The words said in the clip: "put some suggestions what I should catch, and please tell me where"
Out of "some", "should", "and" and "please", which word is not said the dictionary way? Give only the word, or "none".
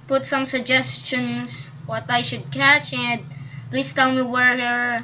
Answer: please